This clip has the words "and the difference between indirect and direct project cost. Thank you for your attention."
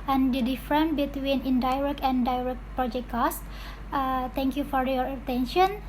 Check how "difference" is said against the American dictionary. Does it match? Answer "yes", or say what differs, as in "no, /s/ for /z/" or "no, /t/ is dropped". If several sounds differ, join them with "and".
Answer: no, /s/ is dropped